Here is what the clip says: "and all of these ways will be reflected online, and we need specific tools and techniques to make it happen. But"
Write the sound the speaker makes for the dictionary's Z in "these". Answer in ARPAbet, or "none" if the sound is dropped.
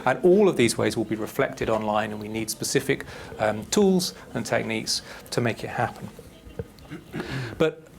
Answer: Z